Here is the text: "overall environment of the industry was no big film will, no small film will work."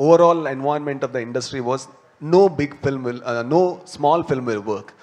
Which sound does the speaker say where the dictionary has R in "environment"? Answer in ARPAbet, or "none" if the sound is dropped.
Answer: none